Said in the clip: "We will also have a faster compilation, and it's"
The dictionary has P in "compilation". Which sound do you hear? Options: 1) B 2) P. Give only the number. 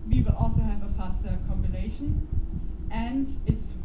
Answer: 1